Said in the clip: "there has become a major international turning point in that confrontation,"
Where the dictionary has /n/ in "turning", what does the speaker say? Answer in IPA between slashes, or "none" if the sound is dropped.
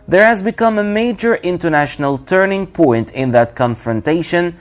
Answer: /n/